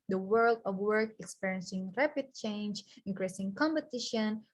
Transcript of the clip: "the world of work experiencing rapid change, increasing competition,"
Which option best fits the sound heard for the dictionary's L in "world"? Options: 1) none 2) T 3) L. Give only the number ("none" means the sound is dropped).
3